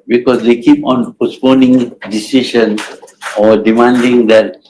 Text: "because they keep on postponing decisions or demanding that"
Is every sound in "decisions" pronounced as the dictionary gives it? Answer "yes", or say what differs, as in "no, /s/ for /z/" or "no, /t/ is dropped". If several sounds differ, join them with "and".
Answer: no, /z/ is dropped